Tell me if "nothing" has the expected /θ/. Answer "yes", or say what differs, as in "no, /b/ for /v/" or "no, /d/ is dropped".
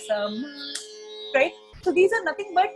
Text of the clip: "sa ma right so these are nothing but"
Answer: no, /t/ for /θ/